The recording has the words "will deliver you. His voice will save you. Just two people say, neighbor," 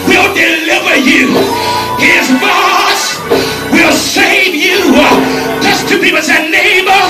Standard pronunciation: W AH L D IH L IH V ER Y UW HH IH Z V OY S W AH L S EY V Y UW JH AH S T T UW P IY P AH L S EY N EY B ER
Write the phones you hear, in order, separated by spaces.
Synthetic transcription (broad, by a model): W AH L D IH L IH V ER Y UW HH IH Z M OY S W AH L S EY V Y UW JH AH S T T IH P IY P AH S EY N EY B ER